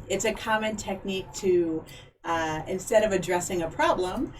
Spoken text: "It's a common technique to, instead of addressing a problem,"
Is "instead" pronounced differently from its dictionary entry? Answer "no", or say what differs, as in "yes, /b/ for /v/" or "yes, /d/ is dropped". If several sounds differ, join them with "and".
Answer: no